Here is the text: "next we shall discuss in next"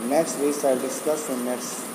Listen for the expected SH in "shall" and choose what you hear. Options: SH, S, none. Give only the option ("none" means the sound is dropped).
S